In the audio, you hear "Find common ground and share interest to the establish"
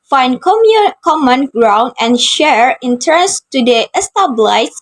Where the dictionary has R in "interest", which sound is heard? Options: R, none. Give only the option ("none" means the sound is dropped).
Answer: none